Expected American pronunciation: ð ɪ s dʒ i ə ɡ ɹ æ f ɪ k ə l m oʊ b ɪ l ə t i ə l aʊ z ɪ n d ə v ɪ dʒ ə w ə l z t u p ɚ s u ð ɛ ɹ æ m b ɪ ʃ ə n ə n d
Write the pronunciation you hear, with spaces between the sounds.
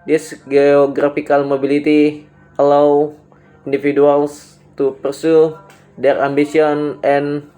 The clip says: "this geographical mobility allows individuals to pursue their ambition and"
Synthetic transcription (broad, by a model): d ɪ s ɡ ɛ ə ɡ ɹ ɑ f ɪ k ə l m oʊ b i l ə t i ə l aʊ i n d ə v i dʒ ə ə l s t u p ɚ s u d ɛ ɹ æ m b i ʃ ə n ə n